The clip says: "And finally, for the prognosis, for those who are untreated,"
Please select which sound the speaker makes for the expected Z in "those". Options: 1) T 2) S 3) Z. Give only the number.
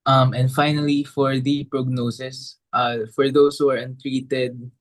2